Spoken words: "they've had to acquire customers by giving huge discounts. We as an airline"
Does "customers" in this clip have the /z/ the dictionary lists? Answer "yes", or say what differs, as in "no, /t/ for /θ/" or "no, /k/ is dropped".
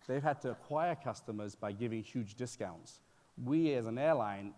yes